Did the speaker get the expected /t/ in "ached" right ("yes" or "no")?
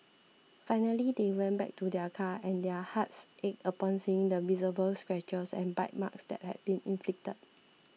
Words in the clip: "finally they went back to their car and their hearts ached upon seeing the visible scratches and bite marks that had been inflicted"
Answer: no